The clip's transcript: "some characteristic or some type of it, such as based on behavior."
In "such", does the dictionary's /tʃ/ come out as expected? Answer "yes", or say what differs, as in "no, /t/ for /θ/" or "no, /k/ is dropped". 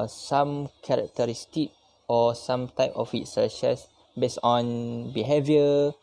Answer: no, /ʃ/ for /tʃ/